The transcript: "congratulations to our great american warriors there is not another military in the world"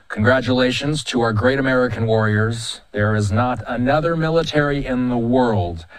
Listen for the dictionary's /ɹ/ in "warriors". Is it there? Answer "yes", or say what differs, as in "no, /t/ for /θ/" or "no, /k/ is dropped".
yes